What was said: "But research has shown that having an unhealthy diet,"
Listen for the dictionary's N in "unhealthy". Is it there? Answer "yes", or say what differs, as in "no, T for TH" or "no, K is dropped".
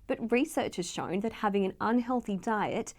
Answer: yes